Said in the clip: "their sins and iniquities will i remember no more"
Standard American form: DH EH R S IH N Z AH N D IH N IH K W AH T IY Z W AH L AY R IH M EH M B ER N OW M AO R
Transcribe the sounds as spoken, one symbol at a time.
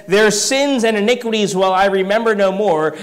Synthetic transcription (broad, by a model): DH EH R S IH N Z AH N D IH N IH K W AH T IY Z W AH L AY R IH M EH M B ER N OW M AO R